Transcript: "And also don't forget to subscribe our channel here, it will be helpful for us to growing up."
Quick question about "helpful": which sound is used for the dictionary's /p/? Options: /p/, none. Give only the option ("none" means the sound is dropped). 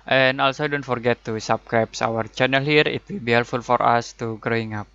none